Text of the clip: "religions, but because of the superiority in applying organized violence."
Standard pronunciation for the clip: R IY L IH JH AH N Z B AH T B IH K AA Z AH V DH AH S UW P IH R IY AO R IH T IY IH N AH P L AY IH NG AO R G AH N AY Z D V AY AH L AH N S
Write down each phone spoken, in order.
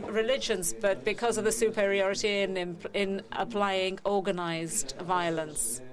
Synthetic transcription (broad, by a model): R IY L IH JH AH N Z B AH T B IH K AA Z AH V DH AH S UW P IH R IY AO R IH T IY IH N AH P L AY IH NG AO G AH N AY Z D V AY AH L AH N S